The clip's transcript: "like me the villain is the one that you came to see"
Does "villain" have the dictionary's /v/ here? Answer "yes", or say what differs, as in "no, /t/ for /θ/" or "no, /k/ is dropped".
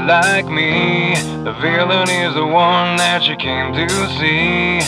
yes